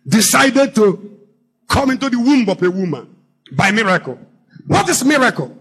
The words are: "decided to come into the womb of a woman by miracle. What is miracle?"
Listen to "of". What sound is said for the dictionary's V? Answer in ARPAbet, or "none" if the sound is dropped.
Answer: P